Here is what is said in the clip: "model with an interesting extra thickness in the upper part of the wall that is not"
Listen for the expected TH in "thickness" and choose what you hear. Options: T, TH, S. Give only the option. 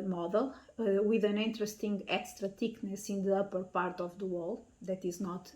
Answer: T